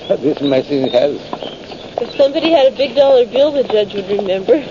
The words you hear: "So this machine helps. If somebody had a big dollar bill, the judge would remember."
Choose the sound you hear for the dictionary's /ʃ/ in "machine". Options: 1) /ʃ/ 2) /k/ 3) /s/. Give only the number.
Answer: 3